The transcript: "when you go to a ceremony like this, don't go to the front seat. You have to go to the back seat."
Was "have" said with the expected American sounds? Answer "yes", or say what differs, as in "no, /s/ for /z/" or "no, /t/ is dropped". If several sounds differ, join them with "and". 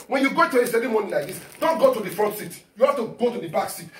no, /f/ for /v/